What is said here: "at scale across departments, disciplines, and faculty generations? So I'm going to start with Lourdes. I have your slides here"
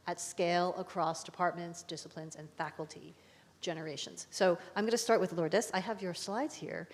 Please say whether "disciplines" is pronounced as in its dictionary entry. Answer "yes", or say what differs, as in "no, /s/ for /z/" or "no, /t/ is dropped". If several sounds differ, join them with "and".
yes